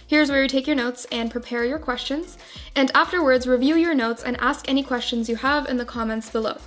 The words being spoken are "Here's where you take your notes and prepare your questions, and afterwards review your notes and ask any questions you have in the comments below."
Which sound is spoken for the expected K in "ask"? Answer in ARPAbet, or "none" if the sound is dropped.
K